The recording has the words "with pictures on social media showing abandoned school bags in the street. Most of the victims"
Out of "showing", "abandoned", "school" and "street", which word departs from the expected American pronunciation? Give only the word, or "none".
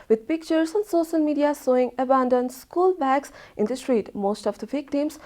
showing